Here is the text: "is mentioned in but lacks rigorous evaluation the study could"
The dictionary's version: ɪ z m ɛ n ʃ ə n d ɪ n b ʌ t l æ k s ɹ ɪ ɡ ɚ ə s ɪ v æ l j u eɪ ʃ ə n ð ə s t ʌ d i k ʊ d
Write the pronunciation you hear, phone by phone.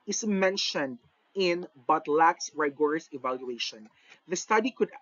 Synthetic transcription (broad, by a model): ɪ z m ɛ n ʃ ə n d ɪ n b ʌ t l æ k s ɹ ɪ ɡ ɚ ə s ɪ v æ l j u eɪ ʃ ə n ð ə s t ʌ d i k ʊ d